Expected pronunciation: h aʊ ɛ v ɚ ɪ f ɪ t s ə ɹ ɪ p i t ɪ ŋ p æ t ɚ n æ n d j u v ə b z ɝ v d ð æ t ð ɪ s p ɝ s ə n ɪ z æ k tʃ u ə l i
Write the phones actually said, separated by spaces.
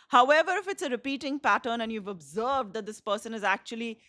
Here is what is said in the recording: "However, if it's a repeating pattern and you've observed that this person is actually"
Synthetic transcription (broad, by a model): h aʊ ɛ v ɚ ɪ f ɪ t s ə ɹ ɪ p i t ɪ ŋ p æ t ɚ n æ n j u v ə b z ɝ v d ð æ t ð ɪ s p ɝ s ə n ɪ z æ k tʃ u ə l i